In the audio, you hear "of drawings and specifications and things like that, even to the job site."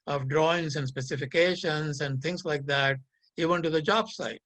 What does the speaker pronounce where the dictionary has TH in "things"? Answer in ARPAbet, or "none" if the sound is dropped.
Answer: T